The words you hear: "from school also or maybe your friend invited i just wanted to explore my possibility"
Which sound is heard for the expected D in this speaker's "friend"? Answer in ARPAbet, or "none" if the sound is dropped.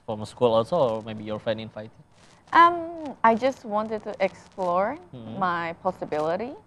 none